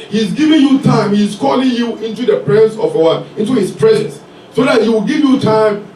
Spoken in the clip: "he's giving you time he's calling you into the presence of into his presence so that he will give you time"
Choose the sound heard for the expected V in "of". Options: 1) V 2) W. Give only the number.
2